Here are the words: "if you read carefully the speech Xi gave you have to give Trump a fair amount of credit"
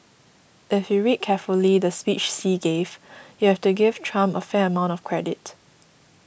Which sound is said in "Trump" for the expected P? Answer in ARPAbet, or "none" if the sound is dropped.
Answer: none